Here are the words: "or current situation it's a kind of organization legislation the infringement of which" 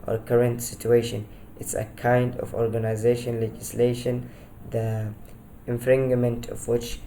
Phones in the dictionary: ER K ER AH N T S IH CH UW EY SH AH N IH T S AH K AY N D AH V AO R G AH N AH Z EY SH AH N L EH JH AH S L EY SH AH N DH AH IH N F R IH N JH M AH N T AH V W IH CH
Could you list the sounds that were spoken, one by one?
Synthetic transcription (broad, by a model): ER K ER AH N T S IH CH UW EY SH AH N IH T S AH K AY N D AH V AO R G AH N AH Z EY SH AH N L EH JH AH S L EY SH AH N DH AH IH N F R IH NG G M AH N T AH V W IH CH